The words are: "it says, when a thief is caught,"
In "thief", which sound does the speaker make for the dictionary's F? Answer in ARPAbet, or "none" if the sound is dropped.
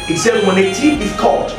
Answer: none